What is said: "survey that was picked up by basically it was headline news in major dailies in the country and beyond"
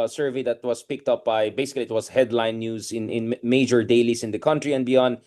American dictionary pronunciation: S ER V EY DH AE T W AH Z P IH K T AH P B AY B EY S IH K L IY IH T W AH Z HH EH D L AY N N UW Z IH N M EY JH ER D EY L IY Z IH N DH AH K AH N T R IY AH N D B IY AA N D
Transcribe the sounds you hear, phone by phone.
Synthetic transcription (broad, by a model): S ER V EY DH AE T W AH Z P IH K T AH P B AY B EY S IH K L IY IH T W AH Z HH EH D L AY N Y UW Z IH N M EY JH ER D EY L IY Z IH N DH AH K AH N T R IY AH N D B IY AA N D